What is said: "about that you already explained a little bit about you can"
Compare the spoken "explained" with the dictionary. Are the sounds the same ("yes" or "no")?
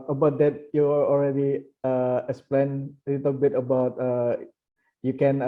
no